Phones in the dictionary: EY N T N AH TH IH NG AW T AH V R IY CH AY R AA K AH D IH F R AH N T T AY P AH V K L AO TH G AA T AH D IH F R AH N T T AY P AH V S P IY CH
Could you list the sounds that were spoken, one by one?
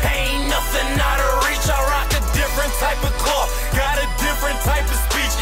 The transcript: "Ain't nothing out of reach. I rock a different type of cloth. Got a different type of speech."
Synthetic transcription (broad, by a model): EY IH N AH T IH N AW T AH R IY CH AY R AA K AH D IH F R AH N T T AY P AH V K AO T G AA T AH D IH F R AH N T T AY P AH V S P IY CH